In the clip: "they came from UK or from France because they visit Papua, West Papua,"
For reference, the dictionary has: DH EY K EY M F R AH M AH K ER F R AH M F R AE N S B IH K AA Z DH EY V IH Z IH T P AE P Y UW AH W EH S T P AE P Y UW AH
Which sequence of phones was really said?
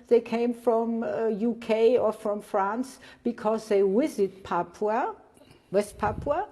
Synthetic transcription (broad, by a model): DH EY K EY M F R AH M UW K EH F R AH M F R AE N S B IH K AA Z DH EY W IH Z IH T P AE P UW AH W EH S T P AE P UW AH